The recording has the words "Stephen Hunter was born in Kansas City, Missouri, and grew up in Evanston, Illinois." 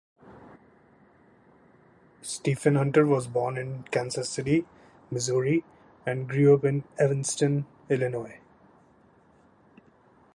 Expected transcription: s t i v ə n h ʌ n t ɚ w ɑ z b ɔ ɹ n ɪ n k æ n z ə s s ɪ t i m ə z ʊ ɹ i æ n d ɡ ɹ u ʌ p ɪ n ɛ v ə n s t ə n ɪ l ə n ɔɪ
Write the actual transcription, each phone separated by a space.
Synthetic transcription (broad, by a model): s t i f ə n h ʌ n t ɚ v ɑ z b ɔ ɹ n ɪ n k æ n s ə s s ɪ t i m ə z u ɹ i æ n d ɡ ɹ u ʌ p ɪ n ɛ v ə n s t ə n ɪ l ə n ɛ